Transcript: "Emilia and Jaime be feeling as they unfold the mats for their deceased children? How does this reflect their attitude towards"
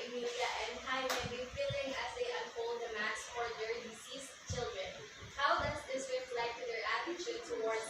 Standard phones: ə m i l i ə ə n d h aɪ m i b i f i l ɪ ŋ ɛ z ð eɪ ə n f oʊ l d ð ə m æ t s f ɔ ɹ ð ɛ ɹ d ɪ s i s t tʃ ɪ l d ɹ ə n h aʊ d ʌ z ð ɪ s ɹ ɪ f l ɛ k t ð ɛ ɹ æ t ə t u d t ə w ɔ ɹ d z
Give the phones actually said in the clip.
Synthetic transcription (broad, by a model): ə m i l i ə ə n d h aɪ m i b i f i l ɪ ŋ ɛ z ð eɪ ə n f oʊ l d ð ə m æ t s f ɔ ɹ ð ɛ ɹ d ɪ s i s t tʃ ɪ l d ɹ ə n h aʊ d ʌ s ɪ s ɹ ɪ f l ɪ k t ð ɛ ɹ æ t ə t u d t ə w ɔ ɹ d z